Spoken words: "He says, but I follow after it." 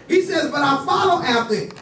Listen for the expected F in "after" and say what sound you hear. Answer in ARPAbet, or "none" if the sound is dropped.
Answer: none